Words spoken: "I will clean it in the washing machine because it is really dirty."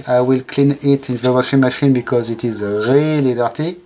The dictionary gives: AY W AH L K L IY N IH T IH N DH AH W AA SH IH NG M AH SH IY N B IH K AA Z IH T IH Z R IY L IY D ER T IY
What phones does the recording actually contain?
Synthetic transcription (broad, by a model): AY W AH L K L IY N IH T IH N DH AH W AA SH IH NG M AH SH IY N B IH K AA Z IH T IH Z R IY L IY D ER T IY